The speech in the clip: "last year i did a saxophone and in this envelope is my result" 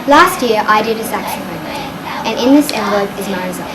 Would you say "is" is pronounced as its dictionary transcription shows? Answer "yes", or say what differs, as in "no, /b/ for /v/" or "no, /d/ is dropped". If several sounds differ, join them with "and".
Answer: yes